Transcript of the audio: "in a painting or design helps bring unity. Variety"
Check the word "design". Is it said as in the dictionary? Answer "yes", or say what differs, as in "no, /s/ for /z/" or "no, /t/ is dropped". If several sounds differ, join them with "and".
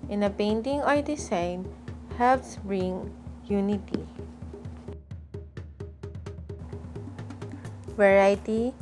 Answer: no, /s/ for /z/